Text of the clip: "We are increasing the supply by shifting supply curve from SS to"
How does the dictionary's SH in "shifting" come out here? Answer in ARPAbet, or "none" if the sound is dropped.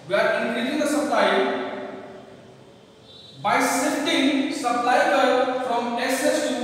S